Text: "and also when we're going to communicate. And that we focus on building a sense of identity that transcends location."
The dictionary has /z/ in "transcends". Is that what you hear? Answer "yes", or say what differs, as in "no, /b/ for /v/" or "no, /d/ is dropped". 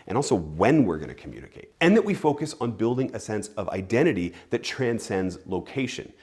yes